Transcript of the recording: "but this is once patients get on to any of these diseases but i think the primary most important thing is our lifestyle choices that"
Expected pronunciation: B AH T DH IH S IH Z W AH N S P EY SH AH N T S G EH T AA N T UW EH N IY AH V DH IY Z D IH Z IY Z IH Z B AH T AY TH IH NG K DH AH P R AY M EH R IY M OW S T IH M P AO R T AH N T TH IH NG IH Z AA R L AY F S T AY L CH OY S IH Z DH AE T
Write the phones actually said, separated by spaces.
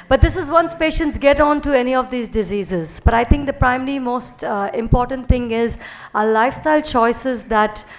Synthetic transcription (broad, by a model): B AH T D IH S IH Z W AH N S P EY SH AH N T S G EH T AA N T UW EH N IY AH V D IY Z D IH Z IY Z IH Z B AH T AY T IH NG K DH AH P R AY M EH R IY M OW S T IH M P AO R T AH N T T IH NG IH Z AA L AY F S T AY L CH OY S IH Z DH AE T